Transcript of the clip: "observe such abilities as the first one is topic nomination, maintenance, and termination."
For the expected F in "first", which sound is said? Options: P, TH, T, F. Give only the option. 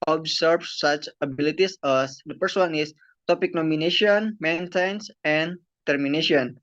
P